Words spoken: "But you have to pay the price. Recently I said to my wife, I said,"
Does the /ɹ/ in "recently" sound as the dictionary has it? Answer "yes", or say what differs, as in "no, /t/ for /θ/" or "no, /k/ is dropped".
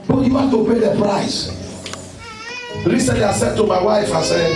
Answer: no, /l/ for /ɹ/